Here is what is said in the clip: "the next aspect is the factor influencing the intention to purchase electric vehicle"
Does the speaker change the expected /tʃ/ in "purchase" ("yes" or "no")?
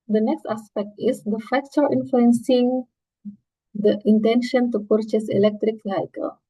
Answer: no